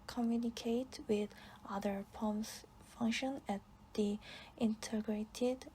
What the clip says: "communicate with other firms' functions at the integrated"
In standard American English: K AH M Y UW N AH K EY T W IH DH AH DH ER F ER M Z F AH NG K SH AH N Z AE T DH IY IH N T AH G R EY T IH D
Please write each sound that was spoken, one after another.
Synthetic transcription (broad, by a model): K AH M Y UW N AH K EY T W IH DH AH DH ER P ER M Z F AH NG K SH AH N AE T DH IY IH N T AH G R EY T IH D